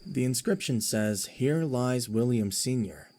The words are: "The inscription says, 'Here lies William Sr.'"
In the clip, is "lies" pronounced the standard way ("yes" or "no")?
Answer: yes